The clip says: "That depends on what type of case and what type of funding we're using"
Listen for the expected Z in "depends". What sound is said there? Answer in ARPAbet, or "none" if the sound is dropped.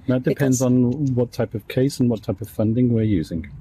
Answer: Z